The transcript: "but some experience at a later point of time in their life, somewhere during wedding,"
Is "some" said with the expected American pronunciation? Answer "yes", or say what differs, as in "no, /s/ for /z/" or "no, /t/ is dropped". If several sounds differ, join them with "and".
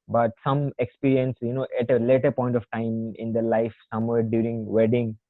yes